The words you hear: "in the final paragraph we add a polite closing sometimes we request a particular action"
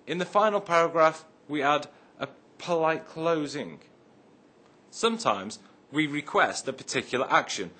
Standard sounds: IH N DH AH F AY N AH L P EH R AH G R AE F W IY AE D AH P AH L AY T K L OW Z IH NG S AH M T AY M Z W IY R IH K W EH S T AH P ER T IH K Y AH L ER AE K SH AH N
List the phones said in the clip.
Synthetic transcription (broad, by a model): IH N DH AH F AY N L P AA R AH G R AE F W IY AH D AH P AH L AY T K L OW Z IH NG S AH M T AY M Z W IY R IH K W EH S T AH P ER T IH K Y L ER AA K SH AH N